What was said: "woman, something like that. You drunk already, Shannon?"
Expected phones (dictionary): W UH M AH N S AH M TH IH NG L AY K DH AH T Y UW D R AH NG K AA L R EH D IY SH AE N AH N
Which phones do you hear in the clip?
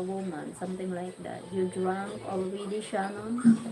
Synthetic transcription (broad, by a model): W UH M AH N S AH M T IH NG L AY K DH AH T Y UW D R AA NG K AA L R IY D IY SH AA N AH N